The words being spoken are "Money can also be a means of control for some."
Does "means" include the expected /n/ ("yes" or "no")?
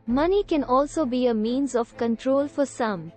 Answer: yes